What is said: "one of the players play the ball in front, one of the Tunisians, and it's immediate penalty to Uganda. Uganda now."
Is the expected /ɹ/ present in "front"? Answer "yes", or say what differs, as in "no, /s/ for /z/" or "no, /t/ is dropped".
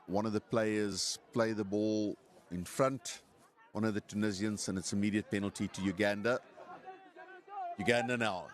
yes